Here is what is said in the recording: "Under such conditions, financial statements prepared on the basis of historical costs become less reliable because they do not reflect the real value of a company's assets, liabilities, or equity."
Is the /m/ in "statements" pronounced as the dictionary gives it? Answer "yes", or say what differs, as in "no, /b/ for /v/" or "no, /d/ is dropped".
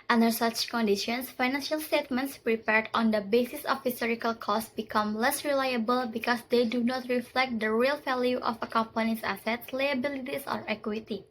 yes